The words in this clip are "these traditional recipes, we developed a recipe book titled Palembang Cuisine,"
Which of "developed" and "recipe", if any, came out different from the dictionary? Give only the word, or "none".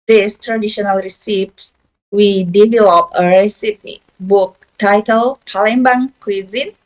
developed